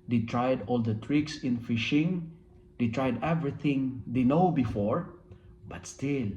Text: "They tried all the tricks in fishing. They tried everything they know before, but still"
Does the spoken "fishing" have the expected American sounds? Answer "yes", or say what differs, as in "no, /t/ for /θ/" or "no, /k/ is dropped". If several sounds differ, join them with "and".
yes